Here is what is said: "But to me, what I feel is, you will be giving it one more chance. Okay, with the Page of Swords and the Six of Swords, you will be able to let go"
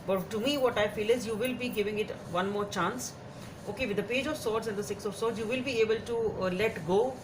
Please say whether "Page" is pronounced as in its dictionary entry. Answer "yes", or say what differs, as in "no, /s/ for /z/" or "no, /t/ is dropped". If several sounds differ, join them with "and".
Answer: yes